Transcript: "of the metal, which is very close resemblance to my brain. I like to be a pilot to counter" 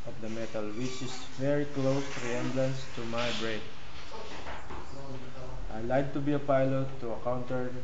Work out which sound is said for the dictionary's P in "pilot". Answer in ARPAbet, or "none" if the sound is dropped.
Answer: P